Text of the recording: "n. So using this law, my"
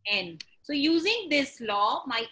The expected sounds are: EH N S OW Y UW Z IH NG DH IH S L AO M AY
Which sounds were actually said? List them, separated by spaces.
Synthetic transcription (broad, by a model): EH N S OW Y UW Z IH NG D IH S L AO M AY